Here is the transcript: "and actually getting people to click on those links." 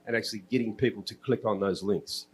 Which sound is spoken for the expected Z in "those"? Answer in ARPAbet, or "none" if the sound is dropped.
Z